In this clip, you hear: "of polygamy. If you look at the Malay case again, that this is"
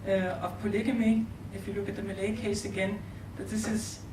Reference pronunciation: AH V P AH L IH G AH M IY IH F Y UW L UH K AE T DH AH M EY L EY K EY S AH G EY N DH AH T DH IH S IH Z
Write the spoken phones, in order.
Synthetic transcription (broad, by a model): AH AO P AH L IH G AH M IY IH F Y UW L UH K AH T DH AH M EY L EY K EY S AH G EY N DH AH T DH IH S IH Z